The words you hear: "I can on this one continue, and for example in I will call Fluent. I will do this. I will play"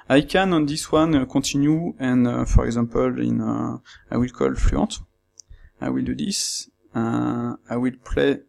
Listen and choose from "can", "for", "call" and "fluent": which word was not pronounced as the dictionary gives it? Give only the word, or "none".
fluent